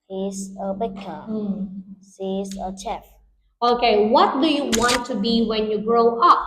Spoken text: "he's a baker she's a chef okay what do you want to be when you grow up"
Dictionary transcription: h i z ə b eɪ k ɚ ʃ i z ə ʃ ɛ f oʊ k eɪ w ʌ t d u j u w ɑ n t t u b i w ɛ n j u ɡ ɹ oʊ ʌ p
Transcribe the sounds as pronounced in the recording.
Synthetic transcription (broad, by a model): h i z ə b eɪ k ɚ s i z ə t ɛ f oʊ k eɪ w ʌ t d u j u w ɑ n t t u b i w ɛ n j u ɡ ɹ oʊ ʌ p